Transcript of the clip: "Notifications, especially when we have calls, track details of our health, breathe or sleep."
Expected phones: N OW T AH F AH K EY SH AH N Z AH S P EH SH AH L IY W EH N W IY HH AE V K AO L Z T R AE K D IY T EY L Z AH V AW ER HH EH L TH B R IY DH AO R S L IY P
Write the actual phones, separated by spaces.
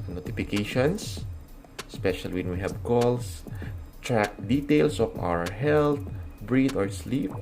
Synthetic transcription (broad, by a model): N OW T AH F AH K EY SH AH N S S P EH SH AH L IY W EH N W IY HH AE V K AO L S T R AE K D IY T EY L S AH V AW ER HH EH L T B R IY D AO R S L IY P